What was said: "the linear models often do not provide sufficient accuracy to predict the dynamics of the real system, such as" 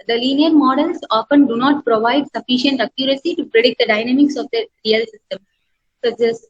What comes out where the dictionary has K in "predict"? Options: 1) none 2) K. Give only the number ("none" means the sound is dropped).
2